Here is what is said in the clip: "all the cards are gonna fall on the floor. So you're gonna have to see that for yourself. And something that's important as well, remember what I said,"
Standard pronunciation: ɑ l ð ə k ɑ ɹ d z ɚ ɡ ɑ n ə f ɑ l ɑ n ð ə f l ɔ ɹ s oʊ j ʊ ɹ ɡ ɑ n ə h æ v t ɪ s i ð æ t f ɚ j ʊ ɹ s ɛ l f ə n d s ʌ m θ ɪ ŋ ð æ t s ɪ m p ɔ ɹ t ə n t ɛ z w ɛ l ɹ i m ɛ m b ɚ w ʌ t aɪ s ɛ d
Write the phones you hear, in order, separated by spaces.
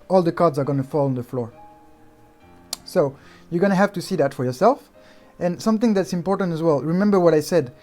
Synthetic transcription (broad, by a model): ɑ l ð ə k ɑ ɹ d z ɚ ɡ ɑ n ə f ɑ l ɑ n ð ə f l ɔ ɹ s oʊ j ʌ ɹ ɡ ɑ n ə h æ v t ɪ s i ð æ t f ɚ j ʊ ɹ s ɛ l f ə n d s ʌ m θ ɪ ŋ ð æ t s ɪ m p ɔ ɹ t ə n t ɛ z w ɛ l ɹ i m ɛ m b ɚ w ʌ t aɪ s ɛ d